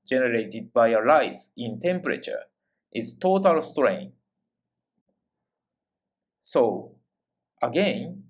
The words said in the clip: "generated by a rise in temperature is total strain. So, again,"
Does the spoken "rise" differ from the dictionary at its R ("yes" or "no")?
yes